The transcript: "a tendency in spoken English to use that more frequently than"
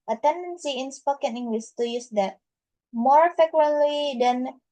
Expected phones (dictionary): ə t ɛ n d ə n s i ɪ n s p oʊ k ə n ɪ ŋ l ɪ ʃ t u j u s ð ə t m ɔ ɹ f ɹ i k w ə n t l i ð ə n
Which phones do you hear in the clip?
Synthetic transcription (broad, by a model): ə t ɛ n d ə n s i ɪ n s p oʊ k ə n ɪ ŋ w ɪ s t u j u s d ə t m ɔ ɹ f ɛ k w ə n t l i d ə n